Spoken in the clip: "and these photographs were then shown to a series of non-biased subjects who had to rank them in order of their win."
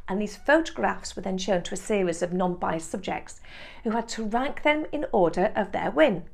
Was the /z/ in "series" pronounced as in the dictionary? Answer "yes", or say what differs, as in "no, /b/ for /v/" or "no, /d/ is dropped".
yes